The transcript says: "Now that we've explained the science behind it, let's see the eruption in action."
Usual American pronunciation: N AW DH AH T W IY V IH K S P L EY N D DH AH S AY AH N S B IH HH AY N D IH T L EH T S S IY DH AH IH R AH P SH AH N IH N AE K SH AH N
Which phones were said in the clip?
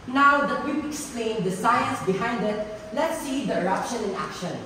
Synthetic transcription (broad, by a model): N AW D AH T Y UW P IH K S P L EY N D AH S AY AH N S B IH HH AY N D IH T L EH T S S IY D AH IH R AH P SH AH N IH N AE K SH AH N